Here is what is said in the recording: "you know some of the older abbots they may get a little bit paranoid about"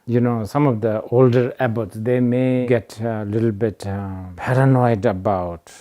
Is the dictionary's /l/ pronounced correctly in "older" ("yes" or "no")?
yes